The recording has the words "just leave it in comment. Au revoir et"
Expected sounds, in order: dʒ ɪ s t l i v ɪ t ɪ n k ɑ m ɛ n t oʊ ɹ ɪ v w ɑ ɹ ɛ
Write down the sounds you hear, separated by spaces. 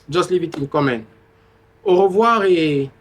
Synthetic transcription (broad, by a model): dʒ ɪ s l i v ɪ t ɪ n k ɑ m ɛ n oʊ ɹ ɪ v w ɑ ɹ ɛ